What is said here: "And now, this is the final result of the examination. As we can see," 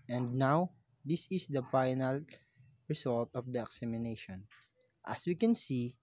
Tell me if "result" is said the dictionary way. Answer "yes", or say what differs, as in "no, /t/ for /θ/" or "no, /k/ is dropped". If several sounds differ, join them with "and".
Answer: no, /s/ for /z/